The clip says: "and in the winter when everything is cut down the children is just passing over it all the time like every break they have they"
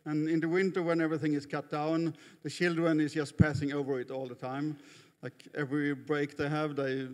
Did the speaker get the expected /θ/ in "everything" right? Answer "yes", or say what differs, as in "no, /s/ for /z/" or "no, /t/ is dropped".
yes